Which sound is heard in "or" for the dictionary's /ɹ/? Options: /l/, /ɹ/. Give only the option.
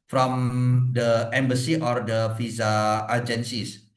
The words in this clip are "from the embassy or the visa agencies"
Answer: /ɹ/